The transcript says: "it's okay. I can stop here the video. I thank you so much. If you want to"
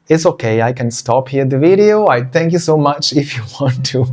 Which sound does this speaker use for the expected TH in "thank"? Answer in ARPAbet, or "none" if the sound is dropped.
T